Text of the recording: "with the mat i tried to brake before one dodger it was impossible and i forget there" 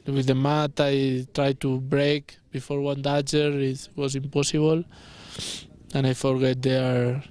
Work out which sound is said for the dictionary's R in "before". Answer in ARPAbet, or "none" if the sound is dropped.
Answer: R